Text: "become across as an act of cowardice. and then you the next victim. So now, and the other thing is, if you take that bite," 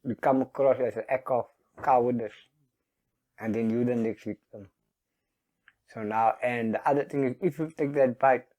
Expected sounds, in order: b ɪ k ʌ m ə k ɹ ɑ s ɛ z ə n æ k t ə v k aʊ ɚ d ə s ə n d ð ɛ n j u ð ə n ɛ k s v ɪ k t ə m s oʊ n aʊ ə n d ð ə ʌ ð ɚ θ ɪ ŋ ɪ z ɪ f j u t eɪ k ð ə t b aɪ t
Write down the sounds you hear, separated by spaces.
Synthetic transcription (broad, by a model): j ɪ k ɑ m ə k ɹ ɑ s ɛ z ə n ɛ k ə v k aʊ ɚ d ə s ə n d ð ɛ n j u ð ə n ɛ k s w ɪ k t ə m s oʊ n aʊ ə n d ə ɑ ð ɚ t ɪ ŋ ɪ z ɪ f j u t eɪ k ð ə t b aɪ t